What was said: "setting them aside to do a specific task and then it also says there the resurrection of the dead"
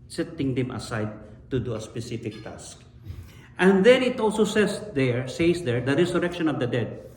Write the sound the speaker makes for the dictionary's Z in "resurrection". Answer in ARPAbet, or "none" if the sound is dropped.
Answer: S